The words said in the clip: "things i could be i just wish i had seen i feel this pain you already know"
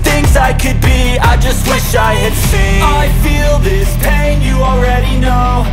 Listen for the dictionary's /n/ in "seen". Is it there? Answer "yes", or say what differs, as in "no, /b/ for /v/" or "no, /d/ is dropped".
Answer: no, /n/ is dropped